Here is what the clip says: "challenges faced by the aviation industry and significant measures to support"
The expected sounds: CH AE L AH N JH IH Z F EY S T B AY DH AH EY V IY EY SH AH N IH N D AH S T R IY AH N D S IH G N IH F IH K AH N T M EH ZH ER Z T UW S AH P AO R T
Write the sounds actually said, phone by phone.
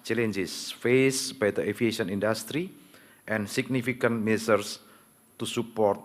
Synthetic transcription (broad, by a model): CH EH L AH N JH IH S F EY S B AY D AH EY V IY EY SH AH N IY N D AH S T R IY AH N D S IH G N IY F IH K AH N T M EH S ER S T UW S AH P AO R T